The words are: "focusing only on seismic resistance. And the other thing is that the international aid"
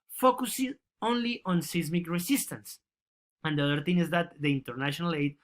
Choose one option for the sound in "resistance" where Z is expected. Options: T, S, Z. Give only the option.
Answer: S